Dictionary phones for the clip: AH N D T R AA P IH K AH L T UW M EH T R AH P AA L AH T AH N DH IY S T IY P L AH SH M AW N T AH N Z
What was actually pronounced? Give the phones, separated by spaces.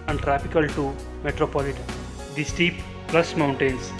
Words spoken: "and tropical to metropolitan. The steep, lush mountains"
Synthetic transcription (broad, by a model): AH N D T R AA P IH K AH L T UW M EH T R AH P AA L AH T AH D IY S T IY P L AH S M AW N T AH N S